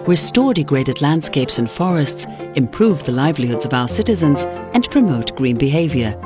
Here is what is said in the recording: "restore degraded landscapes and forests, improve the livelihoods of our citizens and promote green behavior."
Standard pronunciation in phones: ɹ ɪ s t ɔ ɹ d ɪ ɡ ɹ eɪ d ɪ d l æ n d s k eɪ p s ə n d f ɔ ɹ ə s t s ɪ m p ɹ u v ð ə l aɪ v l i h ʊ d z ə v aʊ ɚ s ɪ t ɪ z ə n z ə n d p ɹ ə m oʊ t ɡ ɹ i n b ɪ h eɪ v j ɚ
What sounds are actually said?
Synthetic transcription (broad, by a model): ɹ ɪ s t ɔ ɹ d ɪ ɡ ɹ eɪ d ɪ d l æ n d s k eɪ p s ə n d f ɔ ɹ ə s t s ɪ m p ɹ u v ð ə l aɪ v l i h ʊ d z ə v aʊ ɚ s ɪ t ɪ z ə n z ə n p ɹ ə m oʊ t ɡ ɹ i n b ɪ h eɪ v j ɚ